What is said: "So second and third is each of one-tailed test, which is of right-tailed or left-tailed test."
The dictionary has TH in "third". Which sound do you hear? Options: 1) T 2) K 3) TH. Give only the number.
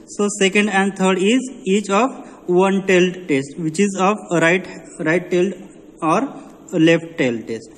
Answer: 1